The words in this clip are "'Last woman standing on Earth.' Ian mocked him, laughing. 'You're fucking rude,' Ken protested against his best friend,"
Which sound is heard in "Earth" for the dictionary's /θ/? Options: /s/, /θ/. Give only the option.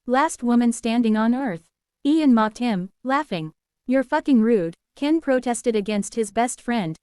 /θ/